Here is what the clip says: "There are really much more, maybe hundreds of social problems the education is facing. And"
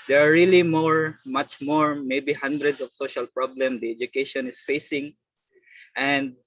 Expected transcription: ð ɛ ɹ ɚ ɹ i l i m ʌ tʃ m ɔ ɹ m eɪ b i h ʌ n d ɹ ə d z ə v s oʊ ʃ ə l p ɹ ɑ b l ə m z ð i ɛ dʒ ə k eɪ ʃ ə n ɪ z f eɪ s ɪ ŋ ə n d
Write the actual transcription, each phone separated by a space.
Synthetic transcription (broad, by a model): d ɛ ɹ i l i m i m ʌ tʃ m ɔ ɹ m eɪ b i h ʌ n d ɹ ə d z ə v s oʊ ʃ ə l p ɹ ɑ b l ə m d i ɛ dʒ ə k eɪ ʃ ə n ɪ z f eɪ s ɪ ŋ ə n d